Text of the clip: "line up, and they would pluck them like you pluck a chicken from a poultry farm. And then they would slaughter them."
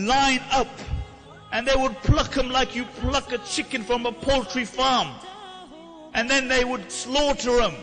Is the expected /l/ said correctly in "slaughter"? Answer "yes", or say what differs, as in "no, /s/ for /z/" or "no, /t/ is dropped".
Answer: yes